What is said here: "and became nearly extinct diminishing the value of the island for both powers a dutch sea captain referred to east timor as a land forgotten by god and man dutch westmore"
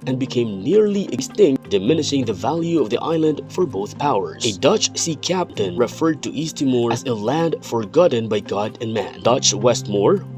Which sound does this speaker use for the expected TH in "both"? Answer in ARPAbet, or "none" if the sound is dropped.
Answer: TH